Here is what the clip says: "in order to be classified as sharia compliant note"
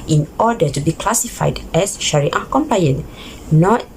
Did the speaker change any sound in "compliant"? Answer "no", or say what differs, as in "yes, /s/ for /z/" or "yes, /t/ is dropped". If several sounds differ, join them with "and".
yes, /l/ is dropped